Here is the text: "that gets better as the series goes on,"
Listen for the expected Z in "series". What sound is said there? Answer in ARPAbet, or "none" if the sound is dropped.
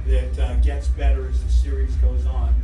Z